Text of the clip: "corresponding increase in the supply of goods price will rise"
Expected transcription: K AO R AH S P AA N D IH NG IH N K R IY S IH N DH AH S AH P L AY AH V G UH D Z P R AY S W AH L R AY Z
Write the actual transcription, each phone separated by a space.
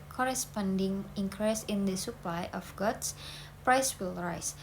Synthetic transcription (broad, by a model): K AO R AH S P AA N D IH NG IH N K R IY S IH N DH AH S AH P L AY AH F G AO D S P R AY S W AH L R AY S